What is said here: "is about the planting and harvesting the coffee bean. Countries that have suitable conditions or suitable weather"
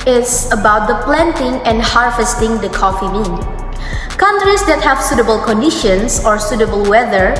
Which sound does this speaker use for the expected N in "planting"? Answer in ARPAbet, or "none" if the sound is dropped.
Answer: N